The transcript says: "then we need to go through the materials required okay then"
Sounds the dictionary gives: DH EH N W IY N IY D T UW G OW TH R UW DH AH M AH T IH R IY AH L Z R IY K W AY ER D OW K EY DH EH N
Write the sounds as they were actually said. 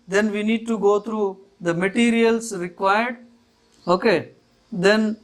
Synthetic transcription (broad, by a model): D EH N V IY N IY D T UW G OW T R UW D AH M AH T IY R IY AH L S R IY K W AY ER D OW K EY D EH N